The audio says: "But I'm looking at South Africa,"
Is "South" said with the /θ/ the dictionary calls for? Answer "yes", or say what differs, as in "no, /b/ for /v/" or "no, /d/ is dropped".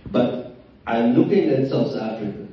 no, /s/ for /θ/